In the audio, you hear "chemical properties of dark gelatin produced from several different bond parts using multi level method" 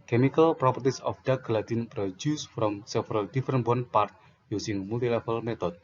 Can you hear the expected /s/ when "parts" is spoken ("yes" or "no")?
no